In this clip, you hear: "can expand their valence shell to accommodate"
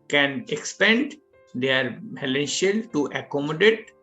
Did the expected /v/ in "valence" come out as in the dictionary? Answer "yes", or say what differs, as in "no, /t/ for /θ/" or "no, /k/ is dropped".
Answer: no, /p/ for /v/